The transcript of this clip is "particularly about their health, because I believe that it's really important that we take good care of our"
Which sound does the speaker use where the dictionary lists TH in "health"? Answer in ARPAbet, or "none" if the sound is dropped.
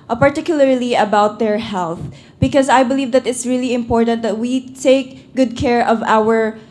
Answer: TH